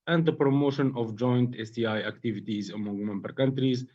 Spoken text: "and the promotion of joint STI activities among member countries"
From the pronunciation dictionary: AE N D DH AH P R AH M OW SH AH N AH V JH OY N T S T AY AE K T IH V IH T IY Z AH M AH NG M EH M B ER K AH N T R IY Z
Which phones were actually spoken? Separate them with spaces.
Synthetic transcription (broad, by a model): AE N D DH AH P R AH M OW SH AH N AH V JH OY N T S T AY AE K T IH V IH T IY Z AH M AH NG M EH M B ER K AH N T R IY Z